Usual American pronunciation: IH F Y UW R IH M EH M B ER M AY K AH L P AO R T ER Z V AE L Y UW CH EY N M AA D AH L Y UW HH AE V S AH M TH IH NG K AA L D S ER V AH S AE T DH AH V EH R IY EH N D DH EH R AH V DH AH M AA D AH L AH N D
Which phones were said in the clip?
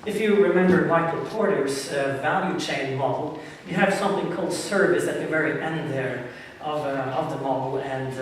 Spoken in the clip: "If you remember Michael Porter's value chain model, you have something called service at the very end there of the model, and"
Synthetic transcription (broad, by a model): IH F Y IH R IH M EH M B ER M AY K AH P AO R T ER Z V AE L Y UW CH EY N M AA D L Y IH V S AH M TH IH NG K AA L D S ER V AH S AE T DH AH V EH R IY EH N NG DH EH R AH V DH AH M AA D L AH N